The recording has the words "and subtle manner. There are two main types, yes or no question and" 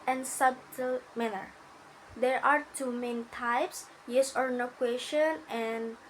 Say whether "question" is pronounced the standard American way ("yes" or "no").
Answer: yes